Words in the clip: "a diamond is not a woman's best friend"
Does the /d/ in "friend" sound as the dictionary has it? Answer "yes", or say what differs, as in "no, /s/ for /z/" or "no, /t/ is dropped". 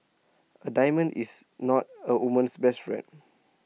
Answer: no, /d/ is dropped